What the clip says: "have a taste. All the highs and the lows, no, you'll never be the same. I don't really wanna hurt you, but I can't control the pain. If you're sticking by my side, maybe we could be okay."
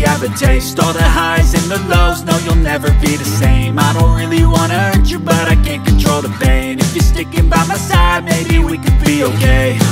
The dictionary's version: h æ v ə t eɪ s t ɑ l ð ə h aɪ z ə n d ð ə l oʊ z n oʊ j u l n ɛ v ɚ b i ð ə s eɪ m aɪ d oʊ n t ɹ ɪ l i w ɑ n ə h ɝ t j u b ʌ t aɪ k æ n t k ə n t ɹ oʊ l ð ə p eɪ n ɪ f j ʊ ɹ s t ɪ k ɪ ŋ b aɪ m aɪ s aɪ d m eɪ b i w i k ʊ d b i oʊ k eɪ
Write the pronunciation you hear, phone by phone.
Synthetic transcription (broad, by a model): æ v ə t eɪ s t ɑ ð ə h aɪ z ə n ð ə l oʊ z n oʊ j u l n ɛ v ɚ b i ð ə s eɪ m aɪ d oʊ n t ɹ ɪ l i w ɑ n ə ɝ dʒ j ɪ b ʌ t aɪ k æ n k ə n t ɹ oʊ l ð ə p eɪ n ɪ f j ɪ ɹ s t ɪ k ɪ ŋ b aɪ m aɪ s aɪ d m eɪ b i w i k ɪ d b i oʊ k eɪ